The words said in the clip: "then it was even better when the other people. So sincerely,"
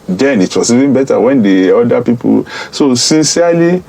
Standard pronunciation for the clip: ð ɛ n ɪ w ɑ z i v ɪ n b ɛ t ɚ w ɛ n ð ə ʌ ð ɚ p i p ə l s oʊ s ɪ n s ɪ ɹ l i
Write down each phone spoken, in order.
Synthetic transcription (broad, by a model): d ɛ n ɪ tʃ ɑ s i v ɪ n b ɛ t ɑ w ɛ n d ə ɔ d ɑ p i p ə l s oʊ s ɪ n s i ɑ l i